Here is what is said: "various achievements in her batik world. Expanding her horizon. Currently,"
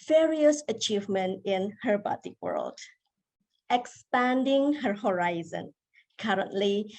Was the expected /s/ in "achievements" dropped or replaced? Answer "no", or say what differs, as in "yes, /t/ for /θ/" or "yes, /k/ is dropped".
yes, /s/ is dropped